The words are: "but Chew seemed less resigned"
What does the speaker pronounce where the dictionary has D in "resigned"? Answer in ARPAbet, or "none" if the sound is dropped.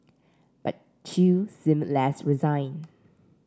none